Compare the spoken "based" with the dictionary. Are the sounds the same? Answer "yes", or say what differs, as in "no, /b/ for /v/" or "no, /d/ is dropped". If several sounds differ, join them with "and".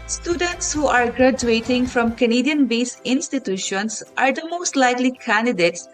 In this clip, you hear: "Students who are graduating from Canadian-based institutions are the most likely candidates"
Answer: no, /t/ is dropped